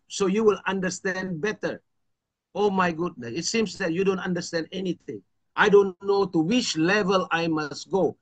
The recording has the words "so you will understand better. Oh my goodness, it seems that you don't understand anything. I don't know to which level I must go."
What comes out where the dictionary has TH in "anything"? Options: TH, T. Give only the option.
T